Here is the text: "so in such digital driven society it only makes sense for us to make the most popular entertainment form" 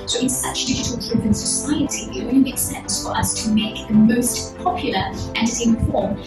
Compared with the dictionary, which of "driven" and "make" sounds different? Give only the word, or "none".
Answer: driven